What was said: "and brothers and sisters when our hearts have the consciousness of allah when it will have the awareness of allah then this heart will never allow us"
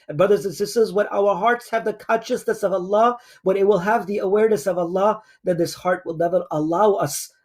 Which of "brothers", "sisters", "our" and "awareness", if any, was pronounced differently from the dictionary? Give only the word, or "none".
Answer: none